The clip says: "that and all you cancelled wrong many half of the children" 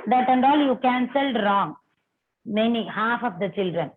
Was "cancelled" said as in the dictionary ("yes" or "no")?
yes